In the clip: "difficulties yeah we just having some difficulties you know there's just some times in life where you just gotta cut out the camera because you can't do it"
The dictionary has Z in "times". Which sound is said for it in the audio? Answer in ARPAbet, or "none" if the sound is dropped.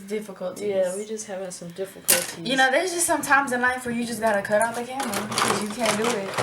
Z